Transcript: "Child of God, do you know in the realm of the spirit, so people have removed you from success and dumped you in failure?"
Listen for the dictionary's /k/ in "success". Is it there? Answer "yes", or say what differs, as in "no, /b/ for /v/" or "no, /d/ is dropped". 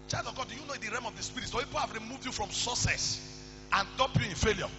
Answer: no, /k/ is dropped